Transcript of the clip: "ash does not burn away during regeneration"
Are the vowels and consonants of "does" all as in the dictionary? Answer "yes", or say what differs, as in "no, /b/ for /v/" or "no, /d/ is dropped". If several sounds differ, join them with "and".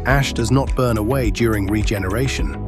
yes